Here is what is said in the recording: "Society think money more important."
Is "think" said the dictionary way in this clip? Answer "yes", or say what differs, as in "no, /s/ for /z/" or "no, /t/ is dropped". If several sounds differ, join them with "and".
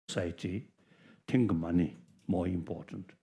no, /t/ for /θ/